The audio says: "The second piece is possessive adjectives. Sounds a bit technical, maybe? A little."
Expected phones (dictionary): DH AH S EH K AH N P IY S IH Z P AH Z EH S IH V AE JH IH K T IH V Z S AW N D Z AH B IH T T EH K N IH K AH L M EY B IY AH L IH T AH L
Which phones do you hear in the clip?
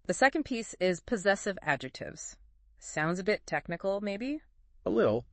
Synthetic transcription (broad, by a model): DH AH S EH K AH N P IY S IH Z P AH Z EH S IH V AE JH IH K T IH V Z S AW N D Z AH B IH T T EH K N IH K L M EY B IY AH L IH T L